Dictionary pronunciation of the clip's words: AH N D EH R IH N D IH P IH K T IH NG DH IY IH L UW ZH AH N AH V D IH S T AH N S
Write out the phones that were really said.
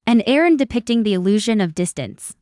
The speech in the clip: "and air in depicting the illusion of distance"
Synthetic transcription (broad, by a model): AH N EH R IH N D IH P IH K T IH NG DH IY IH L UW ZH AH N AH V D IH S T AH N S